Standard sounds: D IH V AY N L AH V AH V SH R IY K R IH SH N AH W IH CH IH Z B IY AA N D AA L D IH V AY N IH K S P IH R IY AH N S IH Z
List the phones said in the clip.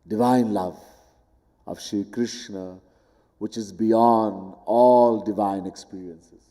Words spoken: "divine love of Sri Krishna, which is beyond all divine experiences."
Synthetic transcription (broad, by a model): D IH V AY N L AH V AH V SH IY K R IH SH N AH W IH CH IH Z B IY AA N D AA L D IH V AY N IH K S P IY R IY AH N S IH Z